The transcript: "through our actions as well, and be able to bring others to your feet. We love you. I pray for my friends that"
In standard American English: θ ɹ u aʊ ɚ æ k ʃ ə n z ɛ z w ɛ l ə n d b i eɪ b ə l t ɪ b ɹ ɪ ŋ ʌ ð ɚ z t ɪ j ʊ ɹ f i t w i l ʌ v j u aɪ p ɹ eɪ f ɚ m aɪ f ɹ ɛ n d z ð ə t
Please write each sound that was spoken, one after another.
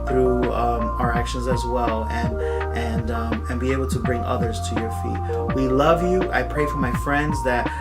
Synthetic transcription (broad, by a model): θ ɹ u aʊ ɚ æ k ʃ ə n z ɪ z w ɛ l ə n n b i eɪ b l t ɪ b ɹ ɪ ŋ ʌ ð ɚ z t ɪ j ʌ ɹ f i t w i l ʌ v j u aɪ p ɹ eɪ f ɚ m aɪ f ɹ ɛ n d z ð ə t